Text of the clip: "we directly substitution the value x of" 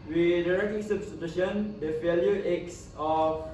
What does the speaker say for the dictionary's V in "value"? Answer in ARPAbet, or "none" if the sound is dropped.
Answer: F